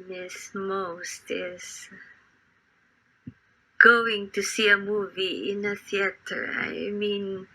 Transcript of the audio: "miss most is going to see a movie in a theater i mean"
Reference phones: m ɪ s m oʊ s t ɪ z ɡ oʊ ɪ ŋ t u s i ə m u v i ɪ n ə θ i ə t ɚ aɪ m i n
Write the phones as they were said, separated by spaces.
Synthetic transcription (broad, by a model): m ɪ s m oʊ s t ɪ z ɡ oʊ ɪ ŋ t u s i ə m u v i ɪ n ə θ i ə t ɚ aɪ m i n